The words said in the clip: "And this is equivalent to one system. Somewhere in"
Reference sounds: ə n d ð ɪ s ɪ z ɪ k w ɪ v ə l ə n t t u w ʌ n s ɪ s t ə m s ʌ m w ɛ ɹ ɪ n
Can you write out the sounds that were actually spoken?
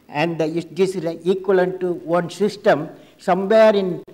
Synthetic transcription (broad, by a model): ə n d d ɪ ɪ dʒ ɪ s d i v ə l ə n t t u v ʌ n s ɪ s t ə m s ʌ m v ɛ ɹ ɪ n